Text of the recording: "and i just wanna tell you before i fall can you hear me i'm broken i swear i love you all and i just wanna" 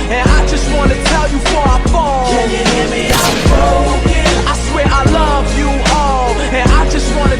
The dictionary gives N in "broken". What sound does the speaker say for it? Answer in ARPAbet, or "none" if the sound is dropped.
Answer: none